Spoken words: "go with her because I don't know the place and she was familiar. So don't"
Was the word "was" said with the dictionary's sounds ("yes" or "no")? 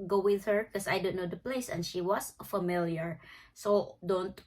no